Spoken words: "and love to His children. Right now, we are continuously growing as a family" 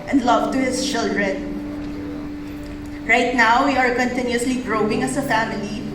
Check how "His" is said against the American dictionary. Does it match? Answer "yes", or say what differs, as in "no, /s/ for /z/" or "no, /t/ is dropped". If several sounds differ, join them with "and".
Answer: no, /s/ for /z/